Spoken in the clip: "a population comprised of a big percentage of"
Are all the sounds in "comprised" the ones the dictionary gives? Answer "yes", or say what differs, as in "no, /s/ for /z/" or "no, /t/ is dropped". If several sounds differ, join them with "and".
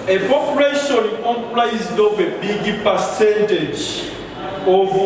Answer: no, /l/ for /ɹ/